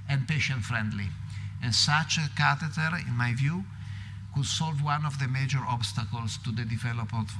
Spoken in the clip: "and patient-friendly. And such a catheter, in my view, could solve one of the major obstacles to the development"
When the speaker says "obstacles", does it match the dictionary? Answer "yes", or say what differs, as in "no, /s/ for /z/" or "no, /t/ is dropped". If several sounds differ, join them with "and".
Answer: no, /s/ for /z/